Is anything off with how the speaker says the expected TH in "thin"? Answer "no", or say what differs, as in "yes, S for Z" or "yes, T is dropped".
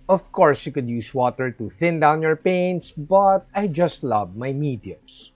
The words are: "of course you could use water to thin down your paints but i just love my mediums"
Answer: no